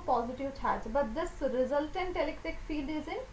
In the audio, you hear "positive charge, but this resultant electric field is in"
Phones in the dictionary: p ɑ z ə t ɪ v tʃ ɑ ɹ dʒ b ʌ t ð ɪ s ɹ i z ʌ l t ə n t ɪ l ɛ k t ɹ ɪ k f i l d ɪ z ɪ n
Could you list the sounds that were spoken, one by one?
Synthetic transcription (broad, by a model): p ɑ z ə t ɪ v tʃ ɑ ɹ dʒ b ʌ t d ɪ s ɹ i z ʌ l t ə n t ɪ l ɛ k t ɪ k f i l d ɪ z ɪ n